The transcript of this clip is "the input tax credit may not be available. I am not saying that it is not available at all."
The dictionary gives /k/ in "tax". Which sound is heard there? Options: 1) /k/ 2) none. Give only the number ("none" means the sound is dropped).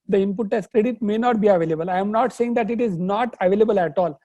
2